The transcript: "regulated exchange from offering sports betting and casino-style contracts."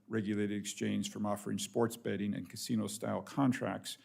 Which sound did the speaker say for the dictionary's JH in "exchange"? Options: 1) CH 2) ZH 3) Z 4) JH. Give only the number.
3